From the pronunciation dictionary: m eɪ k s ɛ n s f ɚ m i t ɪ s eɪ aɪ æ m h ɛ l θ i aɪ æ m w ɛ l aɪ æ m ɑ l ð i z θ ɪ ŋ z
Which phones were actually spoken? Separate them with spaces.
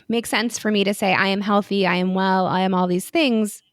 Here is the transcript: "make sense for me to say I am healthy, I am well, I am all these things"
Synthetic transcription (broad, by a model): m eɪ k s ɛ n s f ɚ m i t ɪ s eɪ aɪ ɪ m h ɛ l θ i aɪ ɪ m w ɛ l aɪ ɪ m ɑ l ð i z θ ɪ ŋ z